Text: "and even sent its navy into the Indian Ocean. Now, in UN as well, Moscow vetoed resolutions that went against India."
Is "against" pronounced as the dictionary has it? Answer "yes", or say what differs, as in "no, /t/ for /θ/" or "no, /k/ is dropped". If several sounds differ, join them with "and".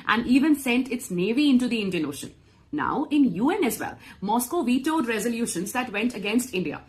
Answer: yes